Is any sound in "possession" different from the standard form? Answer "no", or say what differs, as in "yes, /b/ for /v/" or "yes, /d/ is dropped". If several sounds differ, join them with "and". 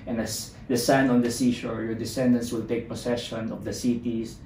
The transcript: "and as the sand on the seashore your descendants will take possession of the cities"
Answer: yes, /s/ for /z/